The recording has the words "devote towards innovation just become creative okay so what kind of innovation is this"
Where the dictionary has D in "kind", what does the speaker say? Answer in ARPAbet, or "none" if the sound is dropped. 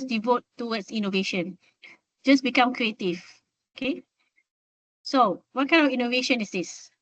none